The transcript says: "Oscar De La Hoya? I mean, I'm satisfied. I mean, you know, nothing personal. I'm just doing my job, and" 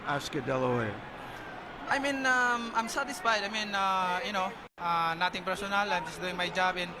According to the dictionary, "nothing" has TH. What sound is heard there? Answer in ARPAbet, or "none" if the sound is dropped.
T